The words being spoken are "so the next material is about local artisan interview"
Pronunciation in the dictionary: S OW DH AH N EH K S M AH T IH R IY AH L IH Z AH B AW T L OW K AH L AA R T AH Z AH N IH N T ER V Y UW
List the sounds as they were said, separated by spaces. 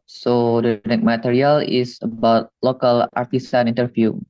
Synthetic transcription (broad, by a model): S OW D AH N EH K M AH T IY R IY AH L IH S AH B AW T L OW K AH L AA R T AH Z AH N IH N T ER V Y UW